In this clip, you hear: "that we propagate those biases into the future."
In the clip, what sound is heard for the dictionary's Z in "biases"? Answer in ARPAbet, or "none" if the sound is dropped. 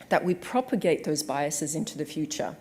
Z